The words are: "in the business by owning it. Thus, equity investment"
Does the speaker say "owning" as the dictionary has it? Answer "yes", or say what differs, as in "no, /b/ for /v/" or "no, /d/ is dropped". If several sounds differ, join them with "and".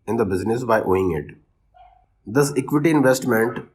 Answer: no, /n/ is dropped